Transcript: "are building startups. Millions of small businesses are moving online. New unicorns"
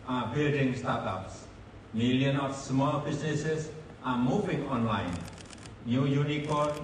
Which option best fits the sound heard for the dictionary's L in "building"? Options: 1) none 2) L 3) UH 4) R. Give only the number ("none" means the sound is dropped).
2